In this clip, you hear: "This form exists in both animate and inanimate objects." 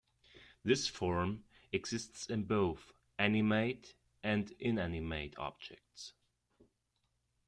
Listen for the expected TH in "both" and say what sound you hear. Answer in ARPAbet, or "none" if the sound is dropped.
TH